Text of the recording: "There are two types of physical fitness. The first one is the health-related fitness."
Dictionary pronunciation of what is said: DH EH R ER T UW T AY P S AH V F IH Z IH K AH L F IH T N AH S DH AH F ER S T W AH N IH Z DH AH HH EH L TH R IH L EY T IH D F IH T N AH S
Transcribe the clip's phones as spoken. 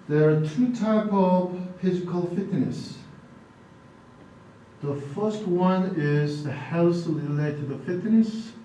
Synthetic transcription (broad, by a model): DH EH R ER T UW T AY P AH V F IH Z IH K AH L F IH T N AH S DH AH F ER S T W AH N IH Z DH AH HH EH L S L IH L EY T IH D F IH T N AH S